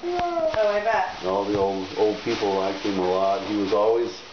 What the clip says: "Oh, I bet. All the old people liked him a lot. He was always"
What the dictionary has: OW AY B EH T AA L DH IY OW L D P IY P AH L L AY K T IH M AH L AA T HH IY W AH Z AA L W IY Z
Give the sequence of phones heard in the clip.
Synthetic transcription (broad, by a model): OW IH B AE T AA L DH IY OW L D P IY P L L AY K IH M AH L AA T HH IY W AH Z AA L W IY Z